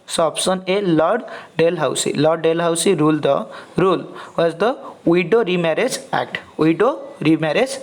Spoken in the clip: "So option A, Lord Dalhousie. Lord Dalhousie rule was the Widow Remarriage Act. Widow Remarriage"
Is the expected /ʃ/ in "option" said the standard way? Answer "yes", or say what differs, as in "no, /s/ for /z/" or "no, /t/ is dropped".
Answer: no, /s/ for /ʃ/